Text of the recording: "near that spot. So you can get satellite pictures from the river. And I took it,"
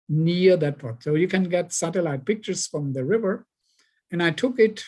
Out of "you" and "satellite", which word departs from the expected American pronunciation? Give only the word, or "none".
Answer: none